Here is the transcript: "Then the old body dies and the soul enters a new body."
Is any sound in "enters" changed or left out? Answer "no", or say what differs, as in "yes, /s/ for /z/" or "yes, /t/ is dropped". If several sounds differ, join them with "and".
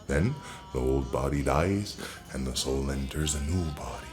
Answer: no